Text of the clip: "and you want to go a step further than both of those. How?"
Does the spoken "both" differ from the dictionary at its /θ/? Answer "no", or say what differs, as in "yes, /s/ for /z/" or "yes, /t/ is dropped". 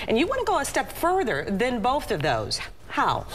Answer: no